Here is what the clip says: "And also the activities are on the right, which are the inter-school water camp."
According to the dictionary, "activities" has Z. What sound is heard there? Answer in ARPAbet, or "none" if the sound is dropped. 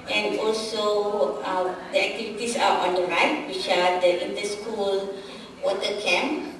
S